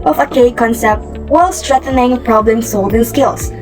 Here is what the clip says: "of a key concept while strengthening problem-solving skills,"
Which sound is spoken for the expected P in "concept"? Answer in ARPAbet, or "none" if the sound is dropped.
P